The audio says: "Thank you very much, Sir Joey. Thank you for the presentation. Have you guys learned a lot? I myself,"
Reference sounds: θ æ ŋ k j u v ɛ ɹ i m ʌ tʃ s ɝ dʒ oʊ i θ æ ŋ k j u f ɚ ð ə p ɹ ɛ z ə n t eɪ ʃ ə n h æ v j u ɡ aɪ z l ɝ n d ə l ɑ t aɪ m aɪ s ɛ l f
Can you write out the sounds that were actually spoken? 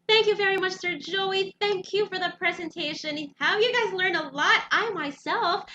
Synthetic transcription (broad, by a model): θ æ ŋ k j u v ɛ ɹ i m ʌ tʃ s ɝ dʒ oʊ i θ æ ŋ k j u f ɚ ð ə p ɹ ɛ z ə n t eɪ ʃ ə n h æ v j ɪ ɡ aɪ z l ɝ n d ə l ɑ t aɪ m aɪ s ɛ l f